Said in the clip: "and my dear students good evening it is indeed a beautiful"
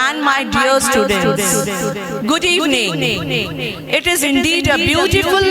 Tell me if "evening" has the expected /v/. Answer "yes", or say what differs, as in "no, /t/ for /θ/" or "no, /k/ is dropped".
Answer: no, /v/ is dropped